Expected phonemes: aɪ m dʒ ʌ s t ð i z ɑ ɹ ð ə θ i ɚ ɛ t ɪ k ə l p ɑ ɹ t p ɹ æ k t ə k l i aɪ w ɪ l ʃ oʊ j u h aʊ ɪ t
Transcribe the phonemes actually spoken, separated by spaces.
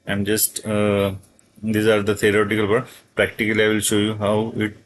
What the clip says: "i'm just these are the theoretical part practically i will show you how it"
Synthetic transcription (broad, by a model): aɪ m dʒ ʌ s t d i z ɑ ɹ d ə t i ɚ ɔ t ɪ k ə l b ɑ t p ɹ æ k t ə k l i aɪ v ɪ l ʃ oʊ j u h aʊ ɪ t